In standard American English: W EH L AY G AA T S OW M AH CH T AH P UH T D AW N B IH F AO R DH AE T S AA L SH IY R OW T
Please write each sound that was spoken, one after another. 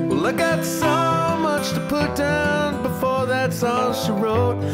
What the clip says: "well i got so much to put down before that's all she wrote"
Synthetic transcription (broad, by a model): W L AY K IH T S OW M AH CH T AH P UH T D AW N B IH F AO R DH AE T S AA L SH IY R OW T